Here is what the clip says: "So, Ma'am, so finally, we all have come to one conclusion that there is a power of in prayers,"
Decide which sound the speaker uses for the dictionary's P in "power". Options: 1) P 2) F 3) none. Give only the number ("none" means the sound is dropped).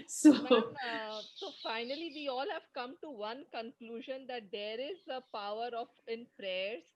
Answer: 1